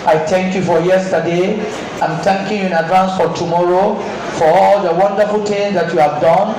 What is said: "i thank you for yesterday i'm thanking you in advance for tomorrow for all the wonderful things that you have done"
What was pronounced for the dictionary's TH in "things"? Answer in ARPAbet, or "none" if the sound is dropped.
T